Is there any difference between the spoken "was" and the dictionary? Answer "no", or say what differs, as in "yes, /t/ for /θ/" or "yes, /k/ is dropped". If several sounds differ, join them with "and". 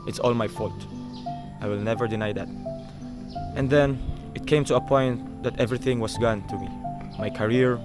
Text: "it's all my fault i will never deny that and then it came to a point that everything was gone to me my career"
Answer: yes, /s/ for /z/